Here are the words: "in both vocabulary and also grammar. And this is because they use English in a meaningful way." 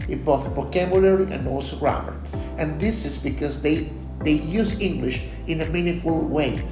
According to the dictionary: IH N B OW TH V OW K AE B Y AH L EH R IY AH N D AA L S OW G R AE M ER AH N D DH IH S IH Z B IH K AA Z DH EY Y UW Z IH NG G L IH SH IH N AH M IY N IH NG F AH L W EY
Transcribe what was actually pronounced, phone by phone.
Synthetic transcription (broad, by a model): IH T B OW TH B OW K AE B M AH L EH R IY AH N D AA L S OW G R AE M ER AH N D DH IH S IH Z B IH K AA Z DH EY Y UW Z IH NG G L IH SH IH N AH M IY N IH F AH L W EY